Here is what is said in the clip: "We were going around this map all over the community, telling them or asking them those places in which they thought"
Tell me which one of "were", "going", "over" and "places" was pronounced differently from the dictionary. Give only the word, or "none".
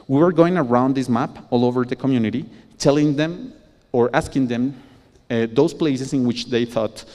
places